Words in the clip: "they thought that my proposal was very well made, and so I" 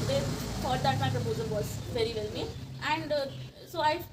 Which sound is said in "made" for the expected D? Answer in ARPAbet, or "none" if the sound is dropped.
none